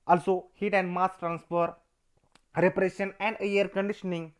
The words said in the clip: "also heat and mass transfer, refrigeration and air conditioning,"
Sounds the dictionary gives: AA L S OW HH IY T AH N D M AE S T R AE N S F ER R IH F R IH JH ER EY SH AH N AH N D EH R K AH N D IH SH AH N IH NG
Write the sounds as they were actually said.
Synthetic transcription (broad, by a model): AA L S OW HH IY T AH N D M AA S T R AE N S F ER R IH P R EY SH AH N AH N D EH R K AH N D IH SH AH N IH NG